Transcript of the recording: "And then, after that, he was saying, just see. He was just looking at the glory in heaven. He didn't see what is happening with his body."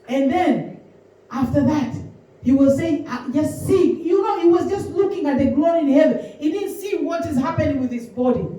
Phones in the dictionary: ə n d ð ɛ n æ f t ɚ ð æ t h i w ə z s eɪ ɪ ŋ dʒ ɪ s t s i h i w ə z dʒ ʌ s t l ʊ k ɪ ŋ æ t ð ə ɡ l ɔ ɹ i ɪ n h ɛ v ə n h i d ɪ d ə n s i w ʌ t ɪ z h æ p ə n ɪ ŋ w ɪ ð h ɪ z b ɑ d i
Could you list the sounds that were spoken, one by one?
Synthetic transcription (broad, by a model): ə n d ð ɛ n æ f t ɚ ð æ t h i w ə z s eɪ ɪ ŋ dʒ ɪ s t s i h i w ə z dʒ ʌ s t l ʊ k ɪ ŋ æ t ð ə ɡ l ɔ ɹ i ɪ n h ɛ v ə n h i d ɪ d n s i w ʌ t ɪ z h æ p ə n ɪ ŋ w ɪ ð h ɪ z b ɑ d i